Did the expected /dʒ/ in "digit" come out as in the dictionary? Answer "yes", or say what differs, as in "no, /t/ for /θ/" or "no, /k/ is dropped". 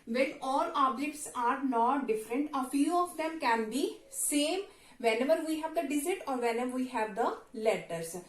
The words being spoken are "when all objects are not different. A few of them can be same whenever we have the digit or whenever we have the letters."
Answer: no, /z/ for /dʒ/